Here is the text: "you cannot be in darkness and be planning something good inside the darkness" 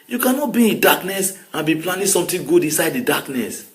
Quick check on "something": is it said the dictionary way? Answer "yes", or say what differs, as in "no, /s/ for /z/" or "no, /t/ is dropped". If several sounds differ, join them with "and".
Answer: no, /t/ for /θ/